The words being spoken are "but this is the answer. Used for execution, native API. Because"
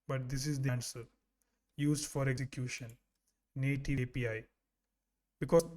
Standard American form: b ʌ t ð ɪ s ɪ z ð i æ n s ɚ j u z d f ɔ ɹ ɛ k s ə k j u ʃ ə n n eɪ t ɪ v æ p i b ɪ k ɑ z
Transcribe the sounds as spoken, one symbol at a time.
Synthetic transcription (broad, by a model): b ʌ t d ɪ s ɪ z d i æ n s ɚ j u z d f ɔ ɹ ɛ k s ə k j u ʃ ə n n eɪ t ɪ p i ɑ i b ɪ k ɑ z